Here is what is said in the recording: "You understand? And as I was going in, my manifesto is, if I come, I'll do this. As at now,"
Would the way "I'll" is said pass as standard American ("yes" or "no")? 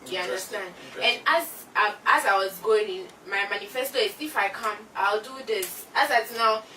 yes